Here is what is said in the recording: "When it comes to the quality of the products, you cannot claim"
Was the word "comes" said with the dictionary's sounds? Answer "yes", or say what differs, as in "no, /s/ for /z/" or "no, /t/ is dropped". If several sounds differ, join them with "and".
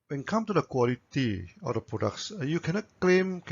no, /z/ is dropped